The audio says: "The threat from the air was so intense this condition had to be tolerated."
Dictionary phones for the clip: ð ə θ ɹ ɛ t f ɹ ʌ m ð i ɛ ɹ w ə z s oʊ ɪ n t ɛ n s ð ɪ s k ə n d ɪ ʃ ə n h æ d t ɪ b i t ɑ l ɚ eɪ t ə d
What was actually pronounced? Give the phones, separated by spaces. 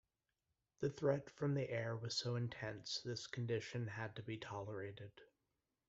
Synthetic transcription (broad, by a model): ð ə θ ɹ ɛ t f ɹ ʌ m ð i ɛ ɹ w ə z s oʊ ɪ n t ɛ n s ð ɪ s k n d ɪ ʃ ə n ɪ d t ɪ b i t ɑ l ɚ eɪ t ə d